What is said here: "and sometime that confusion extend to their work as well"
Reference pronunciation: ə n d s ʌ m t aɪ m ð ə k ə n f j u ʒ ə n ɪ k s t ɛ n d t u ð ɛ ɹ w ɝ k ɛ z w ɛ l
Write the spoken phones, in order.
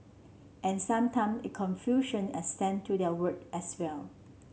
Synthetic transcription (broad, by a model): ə n s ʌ m t aɪ m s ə k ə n f j u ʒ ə n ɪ s t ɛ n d t u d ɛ w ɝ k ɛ s w ɛ l